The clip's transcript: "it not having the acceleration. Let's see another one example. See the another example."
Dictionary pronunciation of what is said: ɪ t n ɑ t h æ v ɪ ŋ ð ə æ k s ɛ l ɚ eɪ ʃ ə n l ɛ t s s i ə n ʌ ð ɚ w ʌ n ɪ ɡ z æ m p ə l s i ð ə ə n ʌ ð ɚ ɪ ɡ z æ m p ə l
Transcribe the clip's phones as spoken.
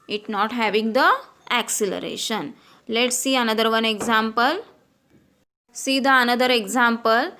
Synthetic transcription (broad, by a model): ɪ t n ɑ t h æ v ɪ ŋ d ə æ k s ɛ l ɚ eɪ ʃ ə n l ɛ t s s i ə n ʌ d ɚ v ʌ n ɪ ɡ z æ m p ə l s i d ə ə n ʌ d ɚ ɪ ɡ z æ m p ə l